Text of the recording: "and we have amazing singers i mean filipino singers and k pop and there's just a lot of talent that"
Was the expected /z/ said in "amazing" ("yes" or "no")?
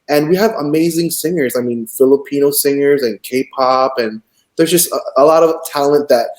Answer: yes